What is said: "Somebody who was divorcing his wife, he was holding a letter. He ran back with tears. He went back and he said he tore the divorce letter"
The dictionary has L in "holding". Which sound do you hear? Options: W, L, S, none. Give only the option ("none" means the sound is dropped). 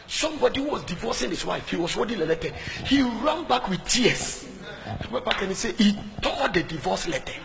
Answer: none